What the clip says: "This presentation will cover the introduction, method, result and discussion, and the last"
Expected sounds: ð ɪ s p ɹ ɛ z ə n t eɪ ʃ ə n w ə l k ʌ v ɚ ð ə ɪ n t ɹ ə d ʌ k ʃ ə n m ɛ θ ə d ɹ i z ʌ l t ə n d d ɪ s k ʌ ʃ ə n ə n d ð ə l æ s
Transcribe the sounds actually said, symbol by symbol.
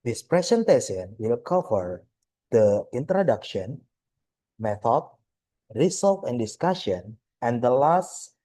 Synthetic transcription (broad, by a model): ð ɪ s p ɹ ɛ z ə n t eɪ s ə n w ə l k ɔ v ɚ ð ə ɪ n t ɹ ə d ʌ k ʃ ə n m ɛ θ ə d ɹ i s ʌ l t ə n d d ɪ s k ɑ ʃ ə n ə n d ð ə l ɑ s